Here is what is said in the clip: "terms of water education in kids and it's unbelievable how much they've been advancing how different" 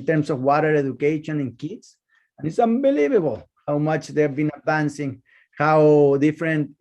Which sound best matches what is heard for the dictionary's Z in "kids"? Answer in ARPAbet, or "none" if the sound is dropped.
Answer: S